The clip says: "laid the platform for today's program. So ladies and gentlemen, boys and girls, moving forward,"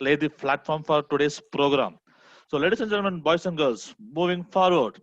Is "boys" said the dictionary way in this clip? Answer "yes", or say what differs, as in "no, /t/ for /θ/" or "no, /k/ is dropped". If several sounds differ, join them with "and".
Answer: no, /s/ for /z/